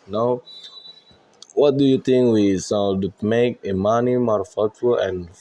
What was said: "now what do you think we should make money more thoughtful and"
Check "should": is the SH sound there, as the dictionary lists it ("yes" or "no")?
no